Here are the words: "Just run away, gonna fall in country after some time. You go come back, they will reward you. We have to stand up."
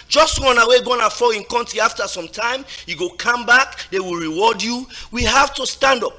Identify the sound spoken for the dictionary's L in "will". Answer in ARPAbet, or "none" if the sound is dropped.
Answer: L